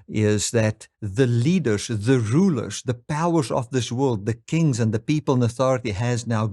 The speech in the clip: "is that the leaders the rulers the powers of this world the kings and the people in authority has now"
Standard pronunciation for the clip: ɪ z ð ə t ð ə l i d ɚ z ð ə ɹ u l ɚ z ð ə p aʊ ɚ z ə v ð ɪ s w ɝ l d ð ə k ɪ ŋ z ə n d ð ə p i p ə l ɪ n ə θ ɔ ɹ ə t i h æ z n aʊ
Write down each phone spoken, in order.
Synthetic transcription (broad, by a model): ɪ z ð ə t ð ə l i d ɚ z ð ə ɹ u l ɚ z ð ə p aʊ ɚ z ə v ð ɪ s w ɝ l d ð ə k ɪ ŋ z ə n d ð ə p i p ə l ɪ n ə θ ɔ ɹ ə t i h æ z n aʊ